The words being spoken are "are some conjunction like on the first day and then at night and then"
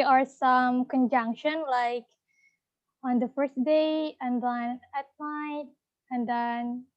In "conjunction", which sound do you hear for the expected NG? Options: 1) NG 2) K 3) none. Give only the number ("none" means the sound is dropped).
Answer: 1